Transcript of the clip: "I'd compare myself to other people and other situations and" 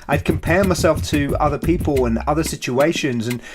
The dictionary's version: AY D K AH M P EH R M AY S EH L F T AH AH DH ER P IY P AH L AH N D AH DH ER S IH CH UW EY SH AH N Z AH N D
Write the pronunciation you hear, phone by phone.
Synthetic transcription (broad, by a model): AY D K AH M P EH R M AY S EH L F T AH AH DH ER P IY P AH L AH N AH DH ER S IH CH UW EY SH AH N Z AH N